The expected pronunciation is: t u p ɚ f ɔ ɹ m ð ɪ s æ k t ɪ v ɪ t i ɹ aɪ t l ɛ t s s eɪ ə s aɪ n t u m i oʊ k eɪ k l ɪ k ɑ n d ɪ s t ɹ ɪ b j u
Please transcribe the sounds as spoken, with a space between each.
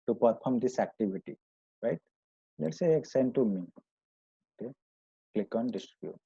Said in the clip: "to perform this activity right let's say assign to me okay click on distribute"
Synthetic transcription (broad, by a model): t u p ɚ p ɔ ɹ m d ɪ s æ k t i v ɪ t i ɹ aɪ t l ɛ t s s eɪ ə s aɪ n t u m i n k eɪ k l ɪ k ɑ n d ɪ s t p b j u